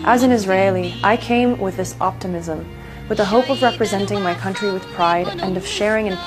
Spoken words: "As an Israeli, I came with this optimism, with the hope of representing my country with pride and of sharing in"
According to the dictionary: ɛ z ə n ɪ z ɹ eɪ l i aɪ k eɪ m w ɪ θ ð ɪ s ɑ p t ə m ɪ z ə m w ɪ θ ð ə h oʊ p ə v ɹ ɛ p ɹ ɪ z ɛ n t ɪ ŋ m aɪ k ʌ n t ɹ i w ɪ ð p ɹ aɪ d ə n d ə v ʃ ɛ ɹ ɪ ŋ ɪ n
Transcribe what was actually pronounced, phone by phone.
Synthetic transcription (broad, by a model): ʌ z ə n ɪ z ɹ eɪ l i aɪ k eɪ m w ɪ ð ɪ s ɑ p t ə m ɪ z ə m w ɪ ð ə h oʊ p ə v ɹ ɛ p ɹ ɪ z ɛ n t ɪ ŋ m aɪ k ʌ n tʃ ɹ i w ɪ ð p ɹ aɪ d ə n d ə v ʃ ɛ ɹ ɪ ŋ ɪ n